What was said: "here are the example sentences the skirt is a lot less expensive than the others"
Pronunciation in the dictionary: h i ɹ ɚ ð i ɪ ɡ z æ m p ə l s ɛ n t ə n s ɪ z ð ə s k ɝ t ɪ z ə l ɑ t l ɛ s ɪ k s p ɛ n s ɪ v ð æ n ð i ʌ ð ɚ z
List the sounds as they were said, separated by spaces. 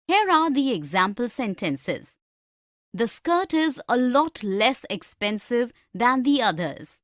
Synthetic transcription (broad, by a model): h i ɹ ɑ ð i ɪ ɡ z æ m p ə l s ɛ n t ə n s ɪ z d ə s k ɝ t ɪ z ə l ɑ t l ɛ s ɪ k s p ɛ n s ɪ v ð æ n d i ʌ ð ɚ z